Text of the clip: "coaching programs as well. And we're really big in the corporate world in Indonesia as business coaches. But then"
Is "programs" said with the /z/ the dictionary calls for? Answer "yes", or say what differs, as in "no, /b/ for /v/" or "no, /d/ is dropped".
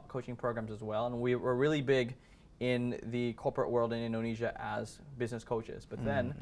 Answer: yes